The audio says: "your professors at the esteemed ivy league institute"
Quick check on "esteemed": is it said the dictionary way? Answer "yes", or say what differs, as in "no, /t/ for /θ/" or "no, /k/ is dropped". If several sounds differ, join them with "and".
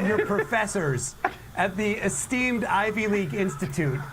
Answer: yes